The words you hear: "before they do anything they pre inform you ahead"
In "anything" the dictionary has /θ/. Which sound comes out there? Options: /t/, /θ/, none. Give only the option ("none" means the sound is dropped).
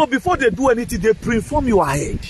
/t/